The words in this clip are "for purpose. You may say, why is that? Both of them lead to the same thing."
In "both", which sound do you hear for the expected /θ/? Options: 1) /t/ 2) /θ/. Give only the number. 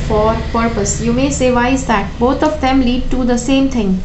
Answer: 1